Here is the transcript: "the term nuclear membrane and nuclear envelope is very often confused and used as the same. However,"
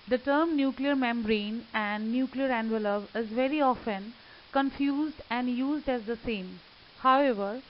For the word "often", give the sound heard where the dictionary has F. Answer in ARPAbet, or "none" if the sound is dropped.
F